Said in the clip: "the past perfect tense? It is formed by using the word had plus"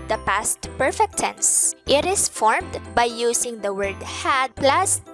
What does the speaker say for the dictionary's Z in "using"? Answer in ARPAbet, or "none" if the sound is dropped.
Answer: S